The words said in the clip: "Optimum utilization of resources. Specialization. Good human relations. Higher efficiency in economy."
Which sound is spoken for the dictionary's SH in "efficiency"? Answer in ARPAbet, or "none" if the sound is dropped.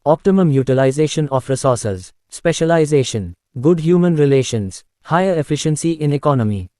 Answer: SH